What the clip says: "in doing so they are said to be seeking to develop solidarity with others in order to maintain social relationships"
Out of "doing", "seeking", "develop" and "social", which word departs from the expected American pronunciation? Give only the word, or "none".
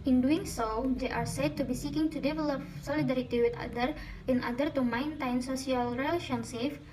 social